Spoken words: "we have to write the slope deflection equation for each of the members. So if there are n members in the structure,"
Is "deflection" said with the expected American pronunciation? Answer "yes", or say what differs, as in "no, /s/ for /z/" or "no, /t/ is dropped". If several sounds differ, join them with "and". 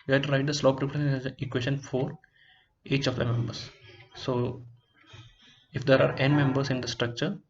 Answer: no, /k/ is dropped